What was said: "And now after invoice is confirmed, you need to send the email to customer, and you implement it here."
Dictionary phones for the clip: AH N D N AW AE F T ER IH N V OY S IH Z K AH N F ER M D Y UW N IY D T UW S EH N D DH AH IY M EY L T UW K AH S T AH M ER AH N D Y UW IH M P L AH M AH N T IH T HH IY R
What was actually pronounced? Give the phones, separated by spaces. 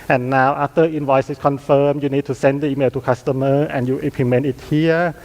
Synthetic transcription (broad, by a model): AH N N AW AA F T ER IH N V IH S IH S K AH N F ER M Y UW N IY D T UW S EH N D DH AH IY M EY L T UW K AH S T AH M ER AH N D Y UW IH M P AH M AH N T IH T HH IY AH